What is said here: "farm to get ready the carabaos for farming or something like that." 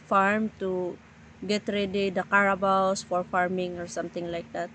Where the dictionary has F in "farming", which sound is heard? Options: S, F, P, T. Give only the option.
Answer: F